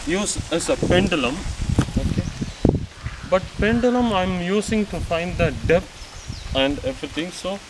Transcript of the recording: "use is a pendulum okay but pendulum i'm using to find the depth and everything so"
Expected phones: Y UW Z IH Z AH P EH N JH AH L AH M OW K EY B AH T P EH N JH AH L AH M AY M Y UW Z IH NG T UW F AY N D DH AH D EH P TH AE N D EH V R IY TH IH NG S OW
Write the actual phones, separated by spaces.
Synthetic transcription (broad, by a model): Y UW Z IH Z AH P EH N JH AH L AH M OW K EY B AH T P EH N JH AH L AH M AY M Y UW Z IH NG T UW F AY N D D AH D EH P T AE N D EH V R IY T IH NG S OW